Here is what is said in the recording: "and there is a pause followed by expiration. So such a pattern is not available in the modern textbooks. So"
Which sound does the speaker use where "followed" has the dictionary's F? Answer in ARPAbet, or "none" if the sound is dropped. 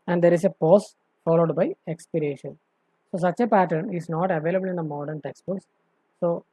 F